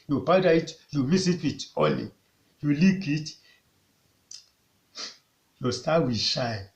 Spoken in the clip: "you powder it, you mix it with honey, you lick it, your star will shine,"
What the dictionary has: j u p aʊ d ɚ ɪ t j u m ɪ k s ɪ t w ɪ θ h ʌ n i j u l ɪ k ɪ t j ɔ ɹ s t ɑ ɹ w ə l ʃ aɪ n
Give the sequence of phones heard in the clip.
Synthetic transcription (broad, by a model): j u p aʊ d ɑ ɪ t j u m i s ɪ t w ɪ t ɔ l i j u l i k ɪ t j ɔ s t ɑ w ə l ʃ aɪ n